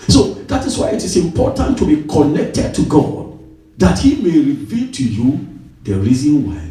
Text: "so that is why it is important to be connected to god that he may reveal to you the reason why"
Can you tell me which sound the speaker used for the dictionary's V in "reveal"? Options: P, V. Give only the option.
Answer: V